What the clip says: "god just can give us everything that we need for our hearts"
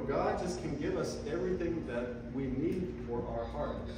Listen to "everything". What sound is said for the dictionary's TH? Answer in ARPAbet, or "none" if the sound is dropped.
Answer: TH